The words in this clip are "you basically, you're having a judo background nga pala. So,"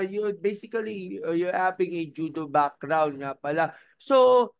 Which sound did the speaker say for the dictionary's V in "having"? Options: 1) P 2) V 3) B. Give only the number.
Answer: 1